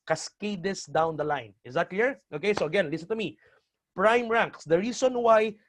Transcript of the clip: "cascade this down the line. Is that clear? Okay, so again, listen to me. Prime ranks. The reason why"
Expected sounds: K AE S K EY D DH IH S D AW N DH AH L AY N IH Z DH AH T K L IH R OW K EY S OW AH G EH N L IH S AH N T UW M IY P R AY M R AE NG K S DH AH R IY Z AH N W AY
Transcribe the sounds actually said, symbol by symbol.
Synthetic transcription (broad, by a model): K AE S K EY D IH S D AW N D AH L AY N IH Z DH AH T K L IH R OW K EY S OW AH G EH N L IH S AH N T UW M IY P R AY M R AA NG K S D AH R IY S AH N W AY